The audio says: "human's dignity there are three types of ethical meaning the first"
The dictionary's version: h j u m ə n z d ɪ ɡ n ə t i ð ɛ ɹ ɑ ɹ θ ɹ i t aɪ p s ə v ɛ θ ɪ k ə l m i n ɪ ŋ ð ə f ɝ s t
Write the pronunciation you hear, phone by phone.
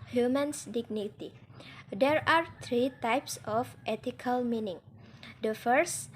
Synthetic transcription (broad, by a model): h j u m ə n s d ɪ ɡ n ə t i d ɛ ɹ ɑ ɹ t ɹ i t aɪ p s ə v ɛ t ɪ k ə l m i n ɪ ŋ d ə f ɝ s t